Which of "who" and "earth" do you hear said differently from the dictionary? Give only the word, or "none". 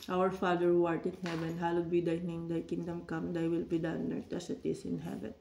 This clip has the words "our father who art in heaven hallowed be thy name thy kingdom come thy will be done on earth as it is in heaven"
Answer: earth